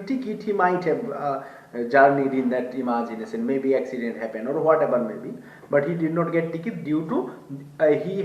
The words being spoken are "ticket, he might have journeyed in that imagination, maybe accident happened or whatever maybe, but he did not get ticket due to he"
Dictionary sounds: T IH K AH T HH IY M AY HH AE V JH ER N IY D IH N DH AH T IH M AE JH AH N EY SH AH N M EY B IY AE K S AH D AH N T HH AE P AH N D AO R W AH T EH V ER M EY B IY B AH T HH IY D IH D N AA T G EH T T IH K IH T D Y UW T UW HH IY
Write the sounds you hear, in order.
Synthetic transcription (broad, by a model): T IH K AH T HH IY M AY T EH JH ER N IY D IH N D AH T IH M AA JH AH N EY S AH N M EY B IY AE K S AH D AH N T HH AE P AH N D AO R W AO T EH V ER M EY B IY B AH T HH IY D IH D N AA T G EH T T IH K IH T D Y UW T UW HH IY